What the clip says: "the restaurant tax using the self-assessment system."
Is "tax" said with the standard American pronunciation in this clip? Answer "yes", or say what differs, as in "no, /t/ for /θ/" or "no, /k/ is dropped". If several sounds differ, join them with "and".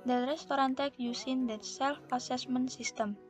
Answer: no, /s/ is dropped